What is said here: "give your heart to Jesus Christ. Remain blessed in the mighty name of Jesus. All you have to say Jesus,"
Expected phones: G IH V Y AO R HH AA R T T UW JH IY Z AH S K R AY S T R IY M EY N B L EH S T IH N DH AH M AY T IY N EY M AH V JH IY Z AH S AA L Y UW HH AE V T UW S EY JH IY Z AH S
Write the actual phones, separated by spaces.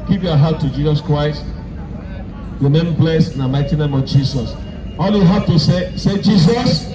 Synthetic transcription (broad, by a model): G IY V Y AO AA HH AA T T UW JH IY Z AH S K R AY S T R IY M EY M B L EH S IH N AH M AY T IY N EY M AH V JH IY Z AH S AA L Y UW HH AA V T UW S EY JH IY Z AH S